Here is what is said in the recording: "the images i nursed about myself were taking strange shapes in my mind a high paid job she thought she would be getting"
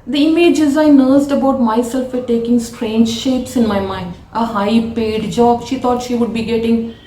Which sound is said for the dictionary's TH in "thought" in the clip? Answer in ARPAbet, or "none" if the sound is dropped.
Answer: T